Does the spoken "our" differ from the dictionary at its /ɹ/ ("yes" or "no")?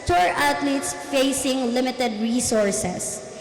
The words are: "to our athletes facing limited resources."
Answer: no